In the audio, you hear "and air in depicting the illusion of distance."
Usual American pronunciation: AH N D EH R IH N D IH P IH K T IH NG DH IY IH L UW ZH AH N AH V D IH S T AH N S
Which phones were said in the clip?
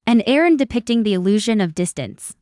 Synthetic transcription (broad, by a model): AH N EH R IH N D IH P IH K T IH NG DH IY IH L UW ZH AH N AH V D IH S T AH N S